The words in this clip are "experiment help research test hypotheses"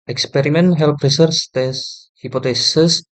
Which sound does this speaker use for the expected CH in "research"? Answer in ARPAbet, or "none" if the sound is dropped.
S